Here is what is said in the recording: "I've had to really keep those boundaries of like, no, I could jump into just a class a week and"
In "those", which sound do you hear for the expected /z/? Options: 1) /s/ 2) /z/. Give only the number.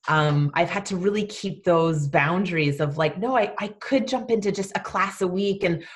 2